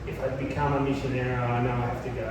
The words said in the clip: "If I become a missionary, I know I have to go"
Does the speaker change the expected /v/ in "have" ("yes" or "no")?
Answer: yes